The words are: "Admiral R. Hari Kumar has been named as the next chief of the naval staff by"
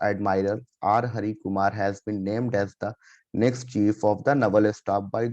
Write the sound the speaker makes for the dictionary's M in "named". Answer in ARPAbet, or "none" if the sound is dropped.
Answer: M